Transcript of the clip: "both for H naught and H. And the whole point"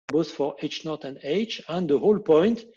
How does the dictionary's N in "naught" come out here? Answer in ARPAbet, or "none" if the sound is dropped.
N